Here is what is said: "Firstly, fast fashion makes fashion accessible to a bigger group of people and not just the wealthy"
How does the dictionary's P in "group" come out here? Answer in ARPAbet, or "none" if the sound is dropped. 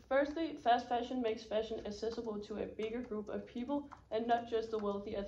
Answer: P